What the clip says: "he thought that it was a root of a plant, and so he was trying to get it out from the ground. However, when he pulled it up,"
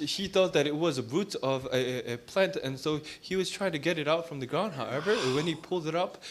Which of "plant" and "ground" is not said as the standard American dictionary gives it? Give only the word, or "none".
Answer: none